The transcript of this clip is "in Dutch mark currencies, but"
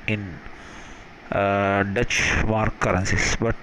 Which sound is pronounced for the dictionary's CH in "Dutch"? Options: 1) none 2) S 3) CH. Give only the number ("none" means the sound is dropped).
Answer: 3